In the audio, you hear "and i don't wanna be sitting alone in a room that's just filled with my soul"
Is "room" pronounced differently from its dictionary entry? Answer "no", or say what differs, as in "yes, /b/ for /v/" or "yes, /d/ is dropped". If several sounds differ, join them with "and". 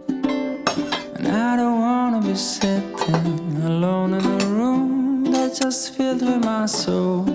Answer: no